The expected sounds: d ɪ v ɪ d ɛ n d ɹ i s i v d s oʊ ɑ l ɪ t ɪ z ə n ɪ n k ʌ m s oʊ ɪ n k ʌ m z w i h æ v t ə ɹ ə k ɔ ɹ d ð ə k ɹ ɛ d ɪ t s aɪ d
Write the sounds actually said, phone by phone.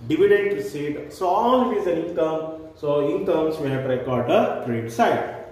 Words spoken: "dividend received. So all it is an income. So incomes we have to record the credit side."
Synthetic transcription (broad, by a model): d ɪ v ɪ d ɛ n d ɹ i s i d s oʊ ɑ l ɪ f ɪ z ə n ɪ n k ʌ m s oʊ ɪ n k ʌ m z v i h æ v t ɹ ə k ɔ ɹ d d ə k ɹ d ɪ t s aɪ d